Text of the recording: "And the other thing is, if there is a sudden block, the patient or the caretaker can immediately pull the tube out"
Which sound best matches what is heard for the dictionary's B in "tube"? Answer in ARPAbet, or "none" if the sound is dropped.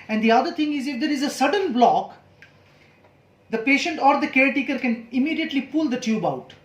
B